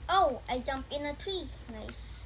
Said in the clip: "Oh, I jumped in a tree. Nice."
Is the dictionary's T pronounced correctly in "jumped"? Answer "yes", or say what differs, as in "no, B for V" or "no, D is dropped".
no, T is dropped